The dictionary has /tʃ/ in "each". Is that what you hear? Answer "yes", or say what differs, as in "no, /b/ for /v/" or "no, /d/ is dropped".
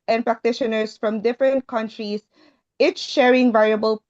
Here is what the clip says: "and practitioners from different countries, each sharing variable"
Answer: no, /s/ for /tʃ/